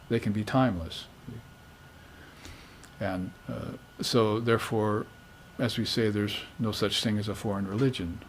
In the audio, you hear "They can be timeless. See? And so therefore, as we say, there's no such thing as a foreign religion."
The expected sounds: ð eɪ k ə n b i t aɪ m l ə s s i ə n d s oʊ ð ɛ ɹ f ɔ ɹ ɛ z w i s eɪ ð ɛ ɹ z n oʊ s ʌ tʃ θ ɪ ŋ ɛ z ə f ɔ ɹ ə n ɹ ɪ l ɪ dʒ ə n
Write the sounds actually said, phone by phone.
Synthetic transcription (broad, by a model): ð eɪ k ə n b i t aɪ m l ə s s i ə n s oʊ ð ɛ ɹ f ɔ ɹ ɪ z w i s eɪ ð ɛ ɹ z n oʊ s ʌ tʃ θ ɪ ŋ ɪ z ə f ɔ ɹ ə n ɹ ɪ l ɪ dʒ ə n